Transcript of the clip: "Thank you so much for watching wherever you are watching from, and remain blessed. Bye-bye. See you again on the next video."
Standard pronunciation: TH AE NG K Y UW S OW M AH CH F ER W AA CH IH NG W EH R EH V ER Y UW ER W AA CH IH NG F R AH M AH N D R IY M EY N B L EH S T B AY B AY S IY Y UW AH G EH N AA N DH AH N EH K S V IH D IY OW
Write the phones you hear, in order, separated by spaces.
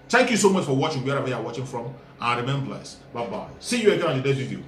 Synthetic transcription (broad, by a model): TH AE NG K Y UW S OW M AH CH F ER W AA CH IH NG W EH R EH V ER Y UW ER W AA CH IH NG F R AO M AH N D R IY M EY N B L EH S B AY B AY S IY Y UW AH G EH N AA N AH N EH S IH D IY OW